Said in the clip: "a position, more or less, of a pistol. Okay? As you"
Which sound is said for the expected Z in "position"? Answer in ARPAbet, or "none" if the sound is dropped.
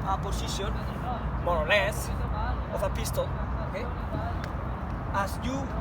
S